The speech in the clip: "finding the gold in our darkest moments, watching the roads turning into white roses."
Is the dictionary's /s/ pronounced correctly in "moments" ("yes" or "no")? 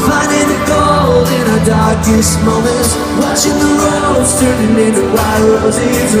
no